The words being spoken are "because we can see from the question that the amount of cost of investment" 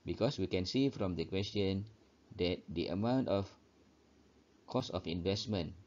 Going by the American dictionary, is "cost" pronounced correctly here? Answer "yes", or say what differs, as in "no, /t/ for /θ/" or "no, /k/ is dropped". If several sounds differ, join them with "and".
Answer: no, /t/ is dropped